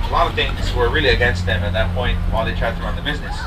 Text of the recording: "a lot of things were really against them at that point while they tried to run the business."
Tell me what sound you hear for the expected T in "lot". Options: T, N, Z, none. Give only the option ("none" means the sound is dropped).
none